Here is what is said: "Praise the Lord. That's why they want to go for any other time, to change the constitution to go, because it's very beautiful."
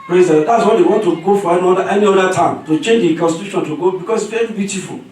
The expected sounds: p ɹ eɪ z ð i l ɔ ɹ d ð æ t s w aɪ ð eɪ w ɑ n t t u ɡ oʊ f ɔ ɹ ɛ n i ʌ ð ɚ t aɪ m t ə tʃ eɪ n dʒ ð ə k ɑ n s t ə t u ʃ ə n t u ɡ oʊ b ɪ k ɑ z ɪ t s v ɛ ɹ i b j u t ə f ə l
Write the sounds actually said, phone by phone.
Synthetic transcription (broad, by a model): p ɹ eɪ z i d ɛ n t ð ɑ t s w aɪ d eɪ w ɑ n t t u ɡ oʊ f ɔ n ɛ n i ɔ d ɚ t aɪ m t ə tʃ eɪ n dʒ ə k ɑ n s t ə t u ʃ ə n t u ɡ oʊ b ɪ k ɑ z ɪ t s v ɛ i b j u t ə f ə l